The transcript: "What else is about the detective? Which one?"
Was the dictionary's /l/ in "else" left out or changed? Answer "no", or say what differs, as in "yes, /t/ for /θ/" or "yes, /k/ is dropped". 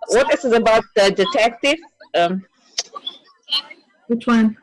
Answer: yes, /l/ is dropped